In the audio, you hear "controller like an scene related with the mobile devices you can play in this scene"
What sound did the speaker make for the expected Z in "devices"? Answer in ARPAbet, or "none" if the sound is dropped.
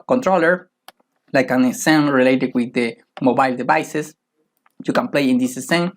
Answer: S